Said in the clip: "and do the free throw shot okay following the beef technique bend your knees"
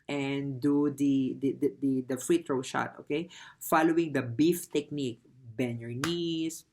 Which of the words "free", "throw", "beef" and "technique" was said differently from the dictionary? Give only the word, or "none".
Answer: throw